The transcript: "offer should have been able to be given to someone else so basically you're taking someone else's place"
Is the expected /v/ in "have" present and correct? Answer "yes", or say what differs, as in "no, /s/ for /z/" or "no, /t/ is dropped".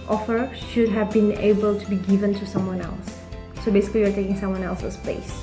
yes